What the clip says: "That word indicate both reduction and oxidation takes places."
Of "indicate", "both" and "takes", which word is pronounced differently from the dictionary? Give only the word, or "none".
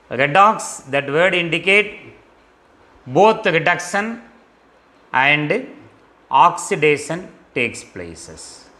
both